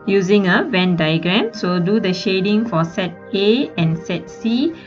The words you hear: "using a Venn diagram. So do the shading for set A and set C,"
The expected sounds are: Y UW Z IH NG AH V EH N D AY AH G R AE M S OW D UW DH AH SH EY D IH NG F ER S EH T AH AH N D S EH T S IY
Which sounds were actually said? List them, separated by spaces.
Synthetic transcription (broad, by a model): Y UW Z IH NG AH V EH N D AY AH G R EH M S OW D UW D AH SH EY D IH NG F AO S EH T AH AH N S EH T S IY